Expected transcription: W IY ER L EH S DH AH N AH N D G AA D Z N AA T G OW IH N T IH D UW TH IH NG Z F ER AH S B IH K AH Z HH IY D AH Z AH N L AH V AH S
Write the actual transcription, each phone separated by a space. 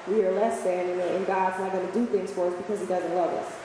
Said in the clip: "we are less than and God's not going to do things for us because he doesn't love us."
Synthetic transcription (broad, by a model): W IY ER L EH S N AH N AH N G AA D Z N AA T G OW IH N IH D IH TH IH NG Z F ER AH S B IH K AH Z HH IY D AH Z AH N L AH V AH S